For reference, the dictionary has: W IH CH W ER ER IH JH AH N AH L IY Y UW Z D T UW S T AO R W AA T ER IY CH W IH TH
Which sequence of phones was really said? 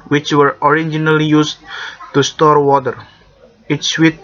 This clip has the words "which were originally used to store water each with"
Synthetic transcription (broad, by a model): W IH CH W ER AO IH JH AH N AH L IY Y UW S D T UW S T AO R W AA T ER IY S W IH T